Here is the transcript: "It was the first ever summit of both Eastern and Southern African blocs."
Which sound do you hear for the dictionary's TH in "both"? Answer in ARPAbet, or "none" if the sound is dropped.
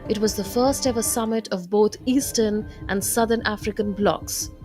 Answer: T